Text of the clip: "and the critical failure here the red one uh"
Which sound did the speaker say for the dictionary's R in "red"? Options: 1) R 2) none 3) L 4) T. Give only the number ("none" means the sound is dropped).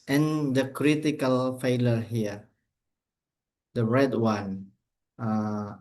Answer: 1